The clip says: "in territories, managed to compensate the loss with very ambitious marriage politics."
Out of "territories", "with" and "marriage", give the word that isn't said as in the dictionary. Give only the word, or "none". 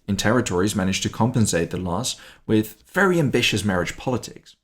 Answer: none